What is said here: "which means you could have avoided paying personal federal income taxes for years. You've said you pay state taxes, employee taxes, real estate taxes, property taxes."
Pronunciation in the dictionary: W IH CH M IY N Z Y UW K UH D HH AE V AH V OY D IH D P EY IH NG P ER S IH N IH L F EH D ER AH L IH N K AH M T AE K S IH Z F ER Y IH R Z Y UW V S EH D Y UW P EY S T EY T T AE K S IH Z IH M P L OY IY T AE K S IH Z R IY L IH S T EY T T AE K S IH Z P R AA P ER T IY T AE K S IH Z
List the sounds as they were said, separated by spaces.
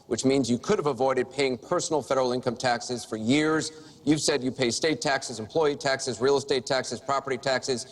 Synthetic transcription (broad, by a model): W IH CH M IY N Z Y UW K UH D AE V AH V OY D IH D P EY IH NG P ER S N L F EH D ER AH L IH N K AH M T AE K S IH Z F ER Y IH R Z Y UW V S EH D Y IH P EY S T EY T T AE K S IH Z IH M P L OY IY T AE K S IH Z R IY L S T EY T T AE K S IH Z P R AA P ER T IY T AE K S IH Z